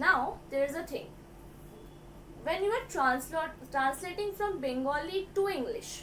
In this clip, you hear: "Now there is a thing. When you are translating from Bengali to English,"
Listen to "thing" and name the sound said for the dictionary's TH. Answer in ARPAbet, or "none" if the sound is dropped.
T